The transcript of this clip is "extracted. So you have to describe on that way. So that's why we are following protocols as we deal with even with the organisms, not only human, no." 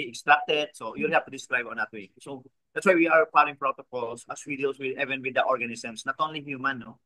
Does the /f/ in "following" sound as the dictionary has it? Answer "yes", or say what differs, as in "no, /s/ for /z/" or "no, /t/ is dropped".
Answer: no, /p/ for /f/